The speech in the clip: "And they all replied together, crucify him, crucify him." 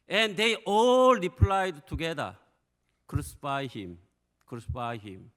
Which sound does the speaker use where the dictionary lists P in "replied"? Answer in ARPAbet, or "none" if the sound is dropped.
P